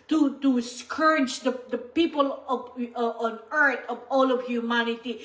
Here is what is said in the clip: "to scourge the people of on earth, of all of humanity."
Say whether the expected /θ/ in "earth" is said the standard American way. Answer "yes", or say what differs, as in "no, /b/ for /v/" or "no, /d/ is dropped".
no, /t/ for /θ/